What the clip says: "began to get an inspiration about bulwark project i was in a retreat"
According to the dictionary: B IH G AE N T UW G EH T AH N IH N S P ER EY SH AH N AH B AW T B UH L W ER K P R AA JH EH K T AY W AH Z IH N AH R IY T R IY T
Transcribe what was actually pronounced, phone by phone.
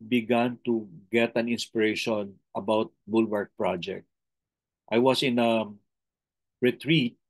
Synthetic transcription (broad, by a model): B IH G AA N T UW G EH T AH N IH N S P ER EY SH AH N AH B AW T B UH L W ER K P R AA JH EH K T AY W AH S IH N AH R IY T R IY T